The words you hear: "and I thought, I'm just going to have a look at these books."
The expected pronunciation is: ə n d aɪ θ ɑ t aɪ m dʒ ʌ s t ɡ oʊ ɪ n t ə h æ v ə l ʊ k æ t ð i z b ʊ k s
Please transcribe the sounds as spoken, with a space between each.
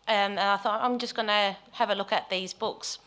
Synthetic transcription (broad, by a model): ə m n aɪ θ ɑ t aɪ m dʒ ʌ s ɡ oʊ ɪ n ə h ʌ v ə l ʊ k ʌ t ð i z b ʊ k s